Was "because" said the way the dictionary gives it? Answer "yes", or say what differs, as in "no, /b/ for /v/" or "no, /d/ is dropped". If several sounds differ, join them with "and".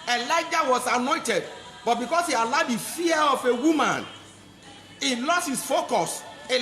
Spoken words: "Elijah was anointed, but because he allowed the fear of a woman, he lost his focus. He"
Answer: no, /s/ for /z/